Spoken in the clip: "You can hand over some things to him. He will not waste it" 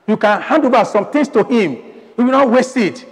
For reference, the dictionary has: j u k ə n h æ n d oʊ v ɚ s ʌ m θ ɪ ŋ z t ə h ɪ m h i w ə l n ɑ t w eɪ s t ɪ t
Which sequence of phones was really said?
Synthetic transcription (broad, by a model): j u k ə n h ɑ n d oʊ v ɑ s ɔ m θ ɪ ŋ s t ə h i m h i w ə n ɑ t w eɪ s ɪ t